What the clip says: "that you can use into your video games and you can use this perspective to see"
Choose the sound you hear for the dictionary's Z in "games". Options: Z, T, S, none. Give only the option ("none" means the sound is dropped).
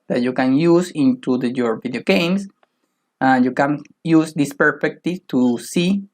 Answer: S